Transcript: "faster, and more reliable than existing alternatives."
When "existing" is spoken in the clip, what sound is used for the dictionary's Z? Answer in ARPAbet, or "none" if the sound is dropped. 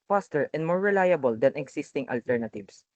S